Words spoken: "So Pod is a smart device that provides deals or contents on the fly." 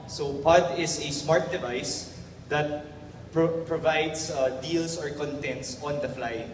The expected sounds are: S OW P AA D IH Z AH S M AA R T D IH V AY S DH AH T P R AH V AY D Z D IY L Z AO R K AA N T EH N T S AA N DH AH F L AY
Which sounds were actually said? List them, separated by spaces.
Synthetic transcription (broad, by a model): S OW P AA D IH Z AH S M AA R T D IH V AY S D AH T P R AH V AY D S D IY L S AO R K AA N T EH N T S AA N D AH F L AY